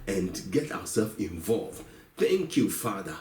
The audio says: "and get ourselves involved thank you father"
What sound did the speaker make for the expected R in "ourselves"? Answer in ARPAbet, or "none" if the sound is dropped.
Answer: W